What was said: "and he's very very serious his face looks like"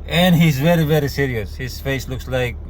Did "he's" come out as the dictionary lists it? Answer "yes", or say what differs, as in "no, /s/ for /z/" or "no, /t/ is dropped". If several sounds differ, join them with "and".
yes